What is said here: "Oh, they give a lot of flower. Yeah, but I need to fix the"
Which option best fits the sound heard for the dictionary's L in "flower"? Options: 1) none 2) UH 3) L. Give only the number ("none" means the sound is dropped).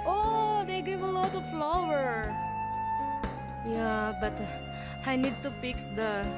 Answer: 3